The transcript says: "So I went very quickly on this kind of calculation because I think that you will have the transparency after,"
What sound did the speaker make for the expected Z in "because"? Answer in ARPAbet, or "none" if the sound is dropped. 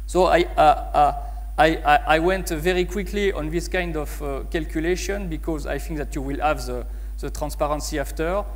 Z